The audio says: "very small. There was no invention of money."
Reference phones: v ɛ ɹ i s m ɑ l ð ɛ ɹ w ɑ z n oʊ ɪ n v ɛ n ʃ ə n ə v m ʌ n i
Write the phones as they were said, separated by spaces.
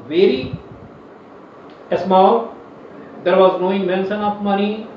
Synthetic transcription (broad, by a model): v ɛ ɹ i s m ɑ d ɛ ɹ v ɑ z n oʊ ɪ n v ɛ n s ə n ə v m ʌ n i